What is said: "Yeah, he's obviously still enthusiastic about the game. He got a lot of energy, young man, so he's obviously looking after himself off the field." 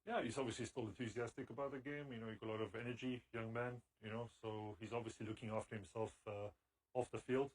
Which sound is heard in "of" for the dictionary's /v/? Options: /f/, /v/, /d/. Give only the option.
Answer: /v/